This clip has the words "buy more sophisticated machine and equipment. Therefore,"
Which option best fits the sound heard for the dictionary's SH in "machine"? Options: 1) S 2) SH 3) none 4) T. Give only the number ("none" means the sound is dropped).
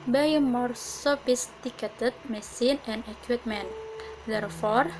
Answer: 1